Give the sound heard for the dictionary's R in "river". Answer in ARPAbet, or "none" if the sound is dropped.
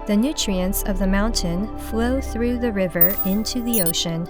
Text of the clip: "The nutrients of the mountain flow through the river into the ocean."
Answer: R